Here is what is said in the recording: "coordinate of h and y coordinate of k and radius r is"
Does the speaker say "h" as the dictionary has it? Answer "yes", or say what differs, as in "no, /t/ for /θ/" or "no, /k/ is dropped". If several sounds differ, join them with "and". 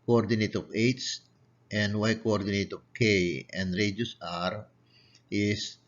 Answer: no, /s/ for /tʃ/